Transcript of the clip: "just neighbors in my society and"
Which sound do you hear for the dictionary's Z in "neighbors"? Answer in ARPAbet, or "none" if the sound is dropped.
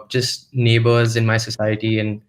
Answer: Z